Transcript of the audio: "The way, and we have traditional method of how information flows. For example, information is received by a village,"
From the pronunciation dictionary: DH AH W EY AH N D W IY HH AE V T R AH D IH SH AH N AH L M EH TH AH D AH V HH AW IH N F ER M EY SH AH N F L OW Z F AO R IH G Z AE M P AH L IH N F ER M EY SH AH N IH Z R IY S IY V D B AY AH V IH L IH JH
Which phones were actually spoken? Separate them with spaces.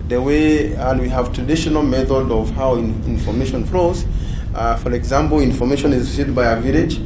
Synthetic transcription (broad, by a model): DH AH W EY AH N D W IY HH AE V T R AH D IH SH AH N AH L M EH TH AH D AH V HH AW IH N F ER M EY SH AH N F L OW Z F AO R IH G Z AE M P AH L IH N F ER M EY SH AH N IH Z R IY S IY D B AY AH V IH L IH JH